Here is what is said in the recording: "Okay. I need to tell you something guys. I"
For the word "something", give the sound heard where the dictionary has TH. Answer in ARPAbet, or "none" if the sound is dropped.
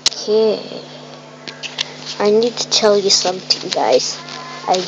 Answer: T